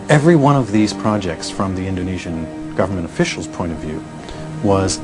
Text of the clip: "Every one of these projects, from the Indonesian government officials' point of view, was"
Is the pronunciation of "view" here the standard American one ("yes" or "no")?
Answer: yes